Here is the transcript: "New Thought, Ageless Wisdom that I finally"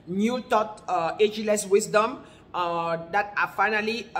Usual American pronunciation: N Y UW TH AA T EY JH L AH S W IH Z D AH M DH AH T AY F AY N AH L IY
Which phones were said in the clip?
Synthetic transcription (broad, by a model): N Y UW T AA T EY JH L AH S W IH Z D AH M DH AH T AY F AY N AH L IY